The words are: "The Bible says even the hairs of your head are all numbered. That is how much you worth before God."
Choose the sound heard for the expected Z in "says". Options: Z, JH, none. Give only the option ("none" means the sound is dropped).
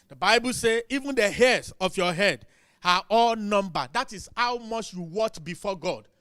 none